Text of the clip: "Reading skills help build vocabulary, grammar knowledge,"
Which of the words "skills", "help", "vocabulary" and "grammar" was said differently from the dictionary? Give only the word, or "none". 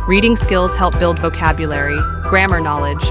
none